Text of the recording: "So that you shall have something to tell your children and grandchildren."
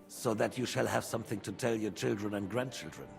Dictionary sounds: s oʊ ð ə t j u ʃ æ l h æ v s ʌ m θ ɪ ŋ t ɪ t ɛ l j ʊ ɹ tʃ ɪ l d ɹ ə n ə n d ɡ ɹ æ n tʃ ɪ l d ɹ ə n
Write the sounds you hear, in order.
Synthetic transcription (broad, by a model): s oʊ ð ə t j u ʃ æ l h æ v s ʌ m θ ɪ ŋ t ɪ t ɛ l j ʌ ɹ tʃ ɪ l d ɹ ə n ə n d ɡ ɹ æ n tʃ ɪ l d ɹ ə n